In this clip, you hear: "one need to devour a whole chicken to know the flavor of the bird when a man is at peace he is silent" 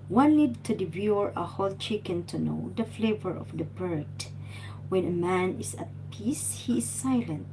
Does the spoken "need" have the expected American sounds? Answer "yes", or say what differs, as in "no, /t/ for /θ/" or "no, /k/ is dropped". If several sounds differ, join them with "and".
no, /l/ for /n/